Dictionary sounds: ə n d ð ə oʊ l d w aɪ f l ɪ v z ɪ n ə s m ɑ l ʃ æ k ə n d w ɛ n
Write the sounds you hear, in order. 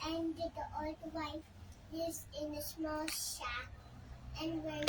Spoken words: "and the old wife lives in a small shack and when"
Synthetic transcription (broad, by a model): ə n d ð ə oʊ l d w aɪ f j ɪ z ɪ n ə s m ɑ l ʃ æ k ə n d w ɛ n